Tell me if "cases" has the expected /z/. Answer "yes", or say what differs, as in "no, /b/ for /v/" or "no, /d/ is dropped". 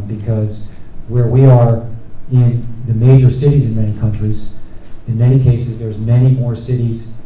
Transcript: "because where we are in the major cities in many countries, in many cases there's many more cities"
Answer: yes